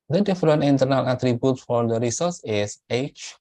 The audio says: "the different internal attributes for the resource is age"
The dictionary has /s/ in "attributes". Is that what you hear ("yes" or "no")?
no